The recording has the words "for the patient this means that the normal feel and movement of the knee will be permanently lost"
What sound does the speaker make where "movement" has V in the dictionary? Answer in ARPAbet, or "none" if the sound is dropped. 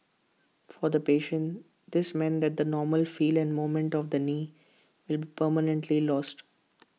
none